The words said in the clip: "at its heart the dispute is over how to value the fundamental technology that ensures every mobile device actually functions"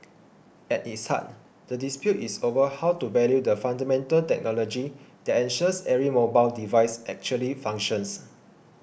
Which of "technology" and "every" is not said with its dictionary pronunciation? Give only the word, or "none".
every